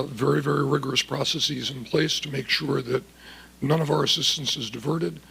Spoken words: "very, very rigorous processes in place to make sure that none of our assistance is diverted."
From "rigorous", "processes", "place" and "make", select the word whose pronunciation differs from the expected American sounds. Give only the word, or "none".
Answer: none